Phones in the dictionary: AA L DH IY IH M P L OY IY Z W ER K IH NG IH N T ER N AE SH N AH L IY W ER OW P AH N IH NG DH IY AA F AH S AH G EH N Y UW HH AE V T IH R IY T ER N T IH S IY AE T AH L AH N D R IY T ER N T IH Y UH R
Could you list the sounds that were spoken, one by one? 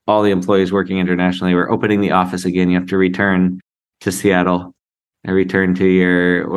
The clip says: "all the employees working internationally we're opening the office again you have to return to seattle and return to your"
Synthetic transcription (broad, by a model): AA L DH IY IH M P L OY IY Z W ER K IH NG IH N T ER N AE SH N L IY W ER OW P AH N IH NG DH IY AA F AH S AH G EH N Y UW HH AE F T IH R IY T ER N T IH S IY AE T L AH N R IY T ER N T IH Y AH R